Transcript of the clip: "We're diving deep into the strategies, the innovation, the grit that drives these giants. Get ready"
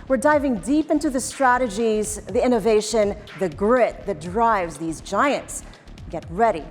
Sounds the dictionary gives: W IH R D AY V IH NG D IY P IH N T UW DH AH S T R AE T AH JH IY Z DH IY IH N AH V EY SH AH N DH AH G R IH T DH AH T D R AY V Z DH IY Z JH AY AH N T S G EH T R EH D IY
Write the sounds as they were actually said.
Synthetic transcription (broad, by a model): W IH R D AY V IH NG D IY P IH N T UW DH AH S T R AE T AH JH IY Z DH IY IH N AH V EY SH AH N DH AH G R IH T DH AH T D R AY V Z DH IY Z JH AY AH N T S G EH T R EH D IY